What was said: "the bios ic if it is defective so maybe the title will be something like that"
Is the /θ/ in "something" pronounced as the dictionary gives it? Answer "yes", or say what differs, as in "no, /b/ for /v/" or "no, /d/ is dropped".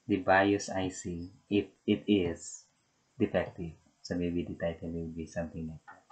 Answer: no, /t/ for /θ/